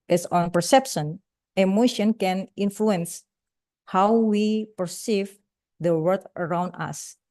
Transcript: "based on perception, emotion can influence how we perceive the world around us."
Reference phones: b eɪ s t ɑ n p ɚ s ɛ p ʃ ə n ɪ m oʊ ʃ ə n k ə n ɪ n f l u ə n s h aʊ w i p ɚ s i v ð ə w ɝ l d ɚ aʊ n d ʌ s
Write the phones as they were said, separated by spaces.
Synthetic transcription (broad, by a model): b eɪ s ɑ n p ɚ s ɛ p ʃ ə n ɪ m oʊ ʃ ə n k ə n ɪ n f l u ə n s h aʊ w i p ɚ s i v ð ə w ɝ d ɚ aʊ n d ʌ s